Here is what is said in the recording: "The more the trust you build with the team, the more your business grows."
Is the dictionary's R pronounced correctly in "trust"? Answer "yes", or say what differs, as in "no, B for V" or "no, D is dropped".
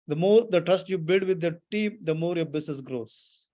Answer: yes